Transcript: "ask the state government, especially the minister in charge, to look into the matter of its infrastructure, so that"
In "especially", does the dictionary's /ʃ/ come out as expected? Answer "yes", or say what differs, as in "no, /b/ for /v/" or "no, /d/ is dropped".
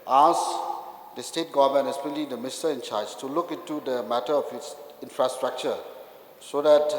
no, /ʃ/ is dropped